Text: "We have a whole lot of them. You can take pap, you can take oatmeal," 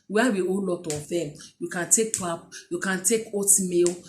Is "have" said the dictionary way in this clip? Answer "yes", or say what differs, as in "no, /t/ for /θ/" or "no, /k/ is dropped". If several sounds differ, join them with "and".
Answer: no, /w/ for /v/